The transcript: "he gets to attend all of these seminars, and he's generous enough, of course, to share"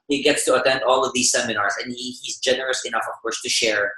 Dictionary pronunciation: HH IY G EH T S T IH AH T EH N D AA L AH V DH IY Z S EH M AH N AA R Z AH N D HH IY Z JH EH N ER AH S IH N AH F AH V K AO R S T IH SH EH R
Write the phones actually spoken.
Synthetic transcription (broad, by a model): HH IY G EH T S T IH AH T EH N D AA L AH V DH IY Z S EH M AH N AA R Z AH N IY HH IY Z JH EH N ER AH S IH N AH F AH V K AO R S T IH SH EH R